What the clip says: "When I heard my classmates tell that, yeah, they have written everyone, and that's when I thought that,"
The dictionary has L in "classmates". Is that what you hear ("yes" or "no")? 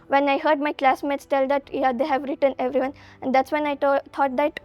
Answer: yes